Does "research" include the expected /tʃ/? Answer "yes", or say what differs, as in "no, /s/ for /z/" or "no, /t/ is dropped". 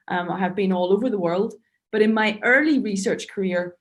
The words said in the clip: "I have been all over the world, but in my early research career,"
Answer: yes